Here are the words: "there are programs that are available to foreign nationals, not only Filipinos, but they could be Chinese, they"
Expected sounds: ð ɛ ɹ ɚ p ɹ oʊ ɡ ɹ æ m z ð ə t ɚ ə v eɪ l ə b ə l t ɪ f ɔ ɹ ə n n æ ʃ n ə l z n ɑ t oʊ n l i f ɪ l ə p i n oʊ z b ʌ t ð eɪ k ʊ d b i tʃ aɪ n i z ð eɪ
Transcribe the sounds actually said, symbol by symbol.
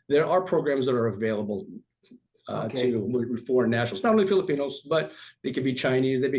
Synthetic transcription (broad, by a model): ð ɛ ɹ ɚ p ɹ oʊ ɡ ɹ æ m z ð ə t ɚ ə v eɪ l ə b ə l t ɪ f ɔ ɹ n n æ ʃ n l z n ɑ t oʊ n l i f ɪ l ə p i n oʊ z b ʌ t ð eɪ k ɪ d b i tʃ aɪ n i z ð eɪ